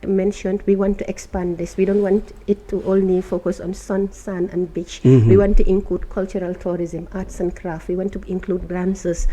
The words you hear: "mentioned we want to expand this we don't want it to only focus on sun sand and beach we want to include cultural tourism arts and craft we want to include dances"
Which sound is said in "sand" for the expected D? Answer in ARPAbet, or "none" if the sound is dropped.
none